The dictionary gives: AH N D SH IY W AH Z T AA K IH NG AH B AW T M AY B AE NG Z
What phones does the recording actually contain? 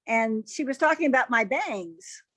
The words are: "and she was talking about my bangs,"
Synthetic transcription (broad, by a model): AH N SH IY W AH Z T AA K IH NG AH B AW T M AY B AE NG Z